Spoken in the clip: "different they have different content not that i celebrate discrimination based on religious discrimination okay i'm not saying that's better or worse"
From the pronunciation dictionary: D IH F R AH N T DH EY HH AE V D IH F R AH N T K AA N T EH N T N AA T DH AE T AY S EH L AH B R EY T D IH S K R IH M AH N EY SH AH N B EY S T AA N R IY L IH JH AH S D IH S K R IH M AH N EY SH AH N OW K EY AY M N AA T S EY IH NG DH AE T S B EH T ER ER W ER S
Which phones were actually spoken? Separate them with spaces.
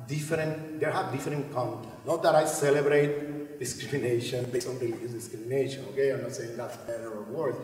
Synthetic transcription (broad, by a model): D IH F R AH N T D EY HH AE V D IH F R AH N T K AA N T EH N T N AA T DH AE T AY S EH L AH B R EY T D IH S K R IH M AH N EY SH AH N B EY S AA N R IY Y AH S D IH S K R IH M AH N EY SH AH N OW K EY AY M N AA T S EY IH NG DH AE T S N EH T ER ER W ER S